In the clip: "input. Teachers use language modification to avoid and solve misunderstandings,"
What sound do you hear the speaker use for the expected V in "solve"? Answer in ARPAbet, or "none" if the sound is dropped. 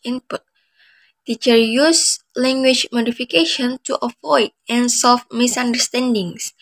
F